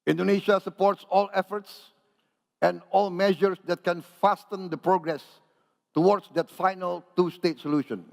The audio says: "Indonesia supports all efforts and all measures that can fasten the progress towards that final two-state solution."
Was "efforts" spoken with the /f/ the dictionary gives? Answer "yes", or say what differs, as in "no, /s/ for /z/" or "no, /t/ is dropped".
yes